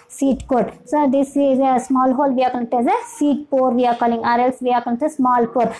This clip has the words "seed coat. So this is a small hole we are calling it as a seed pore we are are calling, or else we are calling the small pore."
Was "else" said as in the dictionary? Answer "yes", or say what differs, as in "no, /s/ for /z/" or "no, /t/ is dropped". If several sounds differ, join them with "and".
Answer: yes